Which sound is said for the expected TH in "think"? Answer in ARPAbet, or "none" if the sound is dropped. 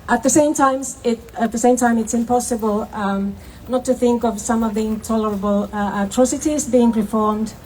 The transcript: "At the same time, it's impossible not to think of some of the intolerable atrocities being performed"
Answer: TH